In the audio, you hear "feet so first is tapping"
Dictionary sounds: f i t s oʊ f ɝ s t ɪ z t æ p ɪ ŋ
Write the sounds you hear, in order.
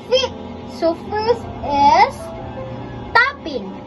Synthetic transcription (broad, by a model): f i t s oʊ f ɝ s ɪ s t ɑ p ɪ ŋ